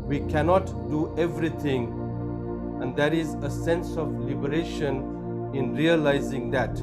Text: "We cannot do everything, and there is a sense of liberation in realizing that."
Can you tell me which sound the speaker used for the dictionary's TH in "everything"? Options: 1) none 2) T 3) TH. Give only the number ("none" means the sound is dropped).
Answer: 2